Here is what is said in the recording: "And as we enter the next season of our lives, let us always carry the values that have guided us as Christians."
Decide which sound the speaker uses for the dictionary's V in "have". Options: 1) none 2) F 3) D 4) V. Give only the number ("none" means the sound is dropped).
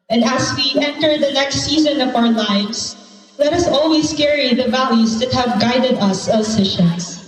4